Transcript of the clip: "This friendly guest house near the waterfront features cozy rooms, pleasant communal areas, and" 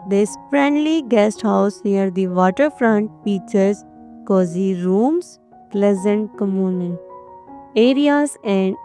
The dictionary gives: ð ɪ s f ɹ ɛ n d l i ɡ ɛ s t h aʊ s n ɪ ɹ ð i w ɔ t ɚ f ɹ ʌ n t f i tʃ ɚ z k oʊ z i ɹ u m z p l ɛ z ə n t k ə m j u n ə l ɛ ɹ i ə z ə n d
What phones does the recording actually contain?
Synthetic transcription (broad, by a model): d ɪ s f ɹ ɛ n d l i ɡ ɛ s t h aʊ s n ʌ ɹ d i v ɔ t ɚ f ɹ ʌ n t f i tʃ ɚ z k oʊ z i ɹ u m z p l ɛ z ə n t k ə m j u n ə n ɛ ɹ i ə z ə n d